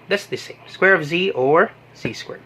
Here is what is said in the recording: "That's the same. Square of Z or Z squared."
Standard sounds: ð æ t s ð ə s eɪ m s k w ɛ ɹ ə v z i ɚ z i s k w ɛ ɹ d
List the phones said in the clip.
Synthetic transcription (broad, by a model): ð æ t s ð ə s eɪ m s k w ɛ ɹ ə v z i ɚ z i s k w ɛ ɹ